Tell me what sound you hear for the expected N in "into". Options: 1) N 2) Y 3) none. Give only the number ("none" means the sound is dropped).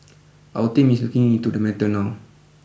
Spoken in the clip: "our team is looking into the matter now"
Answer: 3